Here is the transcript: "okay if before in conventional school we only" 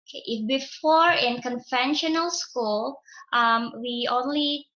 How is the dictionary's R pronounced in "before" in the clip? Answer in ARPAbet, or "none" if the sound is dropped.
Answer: R